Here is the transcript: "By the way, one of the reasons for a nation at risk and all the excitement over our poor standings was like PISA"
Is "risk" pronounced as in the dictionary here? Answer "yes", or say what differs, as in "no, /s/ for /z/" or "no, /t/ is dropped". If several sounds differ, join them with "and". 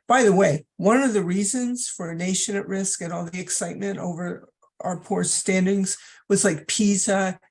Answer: yes